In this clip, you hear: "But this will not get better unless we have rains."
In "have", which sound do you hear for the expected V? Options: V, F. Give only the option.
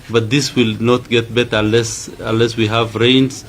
V